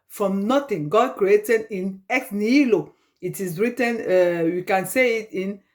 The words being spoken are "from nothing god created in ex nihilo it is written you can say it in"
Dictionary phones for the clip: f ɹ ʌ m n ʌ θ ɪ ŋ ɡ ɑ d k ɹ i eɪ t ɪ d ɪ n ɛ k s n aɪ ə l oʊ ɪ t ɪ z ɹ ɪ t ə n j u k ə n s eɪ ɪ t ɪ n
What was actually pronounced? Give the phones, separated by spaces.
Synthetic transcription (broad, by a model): f ɹ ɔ m n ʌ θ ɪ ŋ ɡ ɑ d k ɹ i eɪ t ɪ d ɪ n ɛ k n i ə l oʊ ɪ t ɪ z ɹ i t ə n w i k ə n s eɪ ɪ t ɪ n